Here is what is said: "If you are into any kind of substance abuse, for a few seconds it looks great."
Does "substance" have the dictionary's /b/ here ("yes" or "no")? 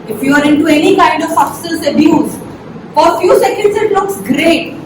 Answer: no